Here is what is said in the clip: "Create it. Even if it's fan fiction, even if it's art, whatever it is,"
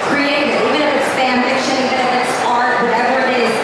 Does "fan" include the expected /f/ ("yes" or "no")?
no